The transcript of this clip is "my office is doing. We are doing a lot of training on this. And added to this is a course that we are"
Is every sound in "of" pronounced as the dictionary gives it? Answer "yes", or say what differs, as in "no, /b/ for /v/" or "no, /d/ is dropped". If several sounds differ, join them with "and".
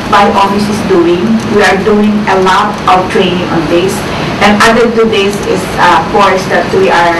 no, /w/ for /v/